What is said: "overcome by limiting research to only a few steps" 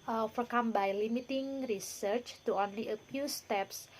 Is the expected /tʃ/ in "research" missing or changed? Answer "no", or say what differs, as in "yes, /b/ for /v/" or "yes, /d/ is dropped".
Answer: no